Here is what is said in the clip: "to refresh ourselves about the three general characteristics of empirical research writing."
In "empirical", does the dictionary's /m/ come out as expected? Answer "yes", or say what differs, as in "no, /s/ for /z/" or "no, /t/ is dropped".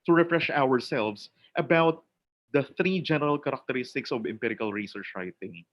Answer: yes